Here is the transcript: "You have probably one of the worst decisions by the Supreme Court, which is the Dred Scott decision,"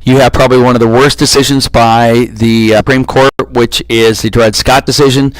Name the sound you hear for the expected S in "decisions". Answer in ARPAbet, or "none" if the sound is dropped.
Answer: S